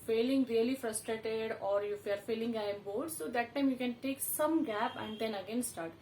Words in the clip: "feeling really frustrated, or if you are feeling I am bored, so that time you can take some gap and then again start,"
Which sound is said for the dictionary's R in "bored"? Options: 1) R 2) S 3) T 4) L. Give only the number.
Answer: 4